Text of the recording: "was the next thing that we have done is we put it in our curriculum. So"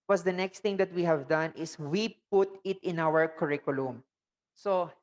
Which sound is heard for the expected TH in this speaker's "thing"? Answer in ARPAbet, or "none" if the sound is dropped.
T